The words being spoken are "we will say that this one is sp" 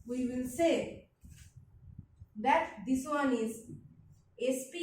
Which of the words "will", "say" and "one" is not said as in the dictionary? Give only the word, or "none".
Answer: none